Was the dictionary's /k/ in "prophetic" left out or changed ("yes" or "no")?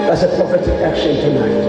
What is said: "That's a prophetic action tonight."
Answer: yes